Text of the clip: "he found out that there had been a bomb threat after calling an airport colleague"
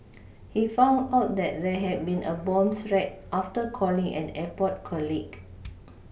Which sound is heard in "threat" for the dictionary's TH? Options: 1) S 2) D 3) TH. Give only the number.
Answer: 1